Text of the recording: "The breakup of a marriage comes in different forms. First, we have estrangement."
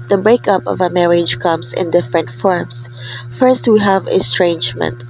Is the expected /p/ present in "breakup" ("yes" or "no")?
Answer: yes